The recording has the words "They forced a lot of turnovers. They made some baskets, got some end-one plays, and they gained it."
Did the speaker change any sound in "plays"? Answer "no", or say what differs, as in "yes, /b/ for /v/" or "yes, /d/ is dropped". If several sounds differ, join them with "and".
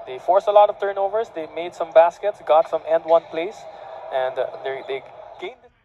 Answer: yes, /s/ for /z/